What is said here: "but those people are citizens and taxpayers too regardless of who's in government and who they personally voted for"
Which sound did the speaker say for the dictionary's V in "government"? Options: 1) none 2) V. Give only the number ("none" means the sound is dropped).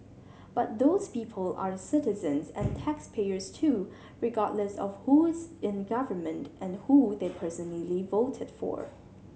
2